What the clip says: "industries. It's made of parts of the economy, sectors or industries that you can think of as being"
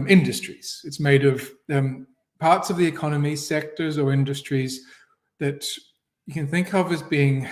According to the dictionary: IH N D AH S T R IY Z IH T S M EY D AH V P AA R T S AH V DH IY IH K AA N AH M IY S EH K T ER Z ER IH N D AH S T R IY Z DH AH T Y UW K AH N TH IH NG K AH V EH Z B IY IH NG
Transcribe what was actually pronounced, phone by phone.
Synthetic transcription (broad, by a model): IH N D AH S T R IY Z IH T S M EY D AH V P AA R T S AH V DH IY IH K AA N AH M IY S EH K T ER Z ER IH N D AH S T R IY Z DH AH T Y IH K AH N TH IH NG K AH V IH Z B IY IH NG